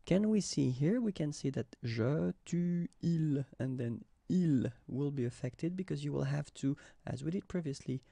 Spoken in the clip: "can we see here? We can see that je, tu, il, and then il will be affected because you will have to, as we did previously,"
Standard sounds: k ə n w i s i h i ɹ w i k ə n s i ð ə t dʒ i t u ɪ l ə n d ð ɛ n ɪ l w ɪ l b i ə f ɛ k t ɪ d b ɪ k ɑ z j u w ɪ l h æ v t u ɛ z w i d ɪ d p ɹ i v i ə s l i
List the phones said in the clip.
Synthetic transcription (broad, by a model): k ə n w i s i h i ɹ w i k ə n s i ð ə t ʒ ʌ t u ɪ l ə n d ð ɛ n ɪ l w ɪ l b i ə f ɛ k t ɪ d b ɪ k ɑ z j u w ɪ l h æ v t u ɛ z w i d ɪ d p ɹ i v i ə s l i